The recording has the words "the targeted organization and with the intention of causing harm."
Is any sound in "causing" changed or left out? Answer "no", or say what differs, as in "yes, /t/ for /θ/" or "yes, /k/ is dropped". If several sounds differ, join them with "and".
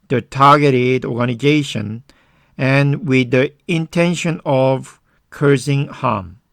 yes, /s/ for /z/